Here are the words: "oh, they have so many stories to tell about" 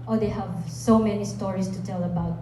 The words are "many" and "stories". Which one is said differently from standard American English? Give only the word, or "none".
stories